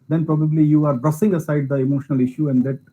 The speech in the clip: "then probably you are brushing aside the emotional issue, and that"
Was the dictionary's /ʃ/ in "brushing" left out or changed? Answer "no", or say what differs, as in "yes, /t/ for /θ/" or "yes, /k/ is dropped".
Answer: yes, /s/ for /ʃ/